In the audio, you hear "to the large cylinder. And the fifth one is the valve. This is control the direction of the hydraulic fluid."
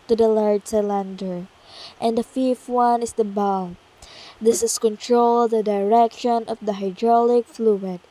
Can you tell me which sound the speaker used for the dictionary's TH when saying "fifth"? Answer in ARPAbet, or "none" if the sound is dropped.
T